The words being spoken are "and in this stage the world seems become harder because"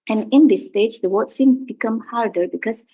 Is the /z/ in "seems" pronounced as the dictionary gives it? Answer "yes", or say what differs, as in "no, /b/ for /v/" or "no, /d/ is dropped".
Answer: no, /z/ is dropped